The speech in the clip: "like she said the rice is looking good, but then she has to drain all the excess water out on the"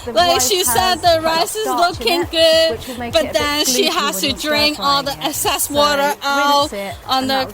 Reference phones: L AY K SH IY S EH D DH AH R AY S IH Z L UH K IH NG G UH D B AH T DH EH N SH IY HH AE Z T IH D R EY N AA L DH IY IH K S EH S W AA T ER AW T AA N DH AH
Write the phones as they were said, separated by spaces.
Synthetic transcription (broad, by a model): L AY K SH IY S EH D DH AH R AY S IH Z L UH K IH NG G UH D B AH T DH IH N SH IY HH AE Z T IH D R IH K AA L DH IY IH S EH S W AA T ER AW T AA N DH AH